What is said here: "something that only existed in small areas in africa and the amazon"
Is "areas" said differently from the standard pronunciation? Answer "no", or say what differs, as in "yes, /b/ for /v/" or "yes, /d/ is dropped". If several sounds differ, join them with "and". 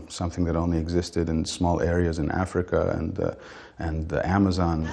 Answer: no